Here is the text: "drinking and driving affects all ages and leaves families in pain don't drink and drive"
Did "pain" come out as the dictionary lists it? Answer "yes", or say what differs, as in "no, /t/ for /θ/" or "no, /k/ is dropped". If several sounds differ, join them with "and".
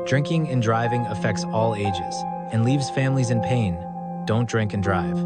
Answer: yes